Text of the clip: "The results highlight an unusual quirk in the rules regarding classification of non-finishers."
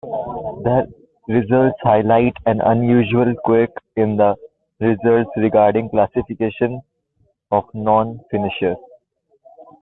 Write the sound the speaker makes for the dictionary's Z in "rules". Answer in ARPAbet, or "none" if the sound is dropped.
S